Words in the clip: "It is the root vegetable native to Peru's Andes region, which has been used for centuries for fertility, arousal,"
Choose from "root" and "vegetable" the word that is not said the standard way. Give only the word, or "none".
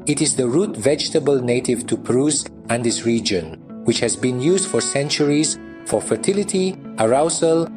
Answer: none